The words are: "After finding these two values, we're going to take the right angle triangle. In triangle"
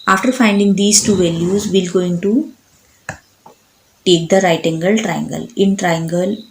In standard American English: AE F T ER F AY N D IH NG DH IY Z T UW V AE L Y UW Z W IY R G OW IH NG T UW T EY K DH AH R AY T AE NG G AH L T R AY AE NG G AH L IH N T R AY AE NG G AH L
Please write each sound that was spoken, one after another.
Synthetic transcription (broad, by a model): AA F T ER F AY N D IH NG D IY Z T UW V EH L Y UW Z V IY L G OW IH NG T UW T EY K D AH R AY T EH NG G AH L T R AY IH NG G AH L IH N T R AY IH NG G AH L